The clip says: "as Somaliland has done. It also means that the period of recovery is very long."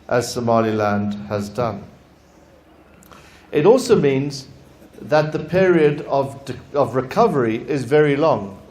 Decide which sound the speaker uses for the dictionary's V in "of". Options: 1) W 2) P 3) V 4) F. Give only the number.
3